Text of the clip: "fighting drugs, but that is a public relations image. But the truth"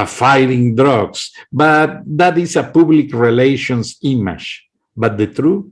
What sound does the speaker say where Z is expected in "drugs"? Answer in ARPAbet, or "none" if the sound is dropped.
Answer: S